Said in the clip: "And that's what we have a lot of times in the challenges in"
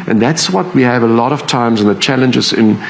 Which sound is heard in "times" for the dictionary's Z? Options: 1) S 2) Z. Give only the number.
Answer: 2